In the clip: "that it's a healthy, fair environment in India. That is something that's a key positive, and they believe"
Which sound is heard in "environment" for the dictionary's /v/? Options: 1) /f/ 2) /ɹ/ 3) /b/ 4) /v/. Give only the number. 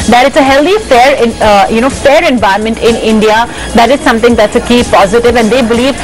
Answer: 1